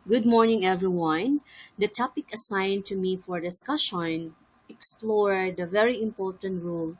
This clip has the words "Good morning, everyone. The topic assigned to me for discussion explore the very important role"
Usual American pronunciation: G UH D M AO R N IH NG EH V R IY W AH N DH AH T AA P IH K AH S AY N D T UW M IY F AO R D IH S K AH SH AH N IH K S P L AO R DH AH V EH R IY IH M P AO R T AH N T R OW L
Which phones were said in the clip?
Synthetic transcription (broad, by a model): G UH D M AO R N IH NG EH V R IY W AH N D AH T AA P IH K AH S AY N T UW M IY F AO R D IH S K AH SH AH N IH K S P L AO R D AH V EH R IY IH M P AO R T AH N T R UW L